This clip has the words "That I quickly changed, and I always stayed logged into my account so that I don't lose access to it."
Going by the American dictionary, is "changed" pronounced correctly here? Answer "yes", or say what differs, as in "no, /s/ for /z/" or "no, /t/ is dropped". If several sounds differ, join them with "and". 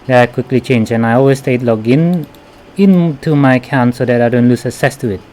no, /d/ is dropped